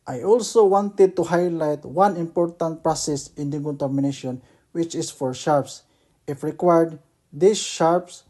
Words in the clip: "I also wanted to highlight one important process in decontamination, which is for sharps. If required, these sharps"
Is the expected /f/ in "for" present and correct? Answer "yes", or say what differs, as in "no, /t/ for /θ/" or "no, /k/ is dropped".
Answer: yes